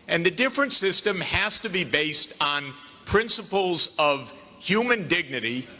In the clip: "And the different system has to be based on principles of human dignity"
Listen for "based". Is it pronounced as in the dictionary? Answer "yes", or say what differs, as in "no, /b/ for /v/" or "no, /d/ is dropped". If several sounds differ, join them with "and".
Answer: yes